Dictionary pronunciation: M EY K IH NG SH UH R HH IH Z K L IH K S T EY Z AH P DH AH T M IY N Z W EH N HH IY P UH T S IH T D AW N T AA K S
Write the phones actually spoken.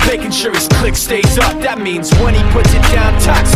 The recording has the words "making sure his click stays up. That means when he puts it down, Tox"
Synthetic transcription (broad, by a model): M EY K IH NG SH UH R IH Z K L IH K S T EY S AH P DH AH T M IY N Z W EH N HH IY P UH T S IH T D AW N T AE K S